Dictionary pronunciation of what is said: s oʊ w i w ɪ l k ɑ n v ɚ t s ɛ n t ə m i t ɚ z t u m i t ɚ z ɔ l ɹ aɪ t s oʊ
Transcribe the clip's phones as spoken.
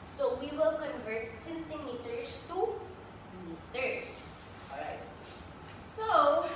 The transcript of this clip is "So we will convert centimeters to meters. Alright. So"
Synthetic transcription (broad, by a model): s oʊ w i w ɪ l k ɑ n v ɚ t s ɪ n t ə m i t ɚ s t u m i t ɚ s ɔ ɹ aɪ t s oʊ